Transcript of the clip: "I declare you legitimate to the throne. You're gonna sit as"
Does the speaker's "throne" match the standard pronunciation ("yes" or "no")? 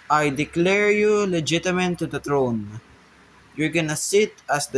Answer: no